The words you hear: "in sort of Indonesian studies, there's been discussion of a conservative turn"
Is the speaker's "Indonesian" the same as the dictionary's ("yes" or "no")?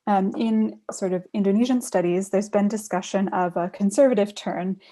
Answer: yes